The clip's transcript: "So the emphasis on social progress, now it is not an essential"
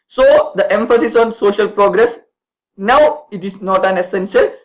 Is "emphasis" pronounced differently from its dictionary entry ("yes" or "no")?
no